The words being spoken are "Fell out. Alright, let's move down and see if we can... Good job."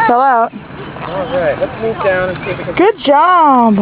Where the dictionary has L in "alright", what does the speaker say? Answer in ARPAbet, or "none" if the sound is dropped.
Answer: none